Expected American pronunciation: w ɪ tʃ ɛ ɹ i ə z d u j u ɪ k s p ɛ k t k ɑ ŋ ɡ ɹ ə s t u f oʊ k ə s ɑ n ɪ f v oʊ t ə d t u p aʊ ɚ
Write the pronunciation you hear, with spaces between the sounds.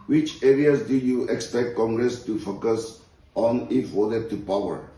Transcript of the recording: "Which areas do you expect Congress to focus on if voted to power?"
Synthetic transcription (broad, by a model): w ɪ tʃ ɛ ɹ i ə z d u j u ɪ k s p ɛ k t k ɑ ŋ ɡ ɹ ə s t u f oʊ k ə s ɑ n ɪ f w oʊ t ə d t u p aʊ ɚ